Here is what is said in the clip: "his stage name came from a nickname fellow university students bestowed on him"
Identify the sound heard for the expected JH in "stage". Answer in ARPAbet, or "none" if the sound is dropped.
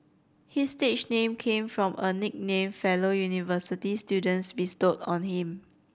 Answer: CH